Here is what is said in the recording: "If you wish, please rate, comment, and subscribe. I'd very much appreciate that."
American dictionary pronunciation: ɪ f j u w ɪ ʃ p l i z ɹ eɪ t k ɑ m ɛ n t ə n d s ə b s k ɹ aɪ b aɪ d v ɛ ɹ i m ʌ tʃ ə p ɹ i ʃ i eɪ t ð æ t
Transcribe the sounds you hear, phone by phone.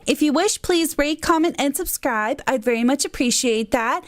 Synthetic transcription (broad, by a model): ɪ f j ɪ w ɪ ʃ p l i z ɹ eɪ t k ɑ m ɛ n t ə n s ə b s k ɹ aɪ b aɪ d v ɛ ɹ i m ʌ tʃ ə p ɹ i ʃ i eɪ t ð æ t